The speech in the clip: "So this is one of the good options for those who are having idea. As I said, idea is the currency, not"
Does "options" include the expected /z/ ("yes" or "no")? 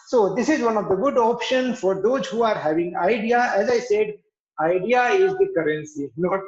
no